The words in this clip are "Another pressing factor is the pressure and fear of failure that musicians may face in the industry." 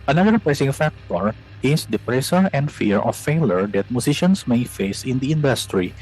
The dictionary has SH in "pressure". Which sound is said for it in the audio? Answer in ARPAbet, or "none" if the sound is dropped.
S